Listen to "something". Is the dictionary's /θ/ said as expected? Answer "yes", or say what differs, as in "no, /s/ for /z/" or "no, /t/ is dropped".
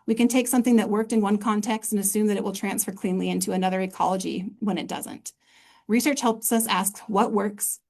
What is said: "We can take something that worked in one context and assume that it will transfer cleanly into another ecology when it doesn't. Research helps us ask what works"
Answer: yes